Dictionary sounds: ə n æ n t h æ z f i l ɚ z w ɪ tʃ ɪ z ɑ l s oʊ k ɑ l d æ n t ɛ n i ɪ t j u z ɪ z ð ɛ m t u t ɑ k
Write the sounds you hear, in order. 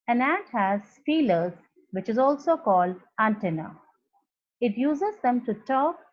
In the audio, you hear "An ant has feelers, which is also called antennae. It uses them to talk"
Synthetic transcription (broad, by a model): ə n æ t h æ z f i l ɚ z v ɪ tʃ ɪ z ɑ l s oʊ k ɑ l d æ n t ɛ n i ɪ t j u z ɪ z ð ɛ m t u t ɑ k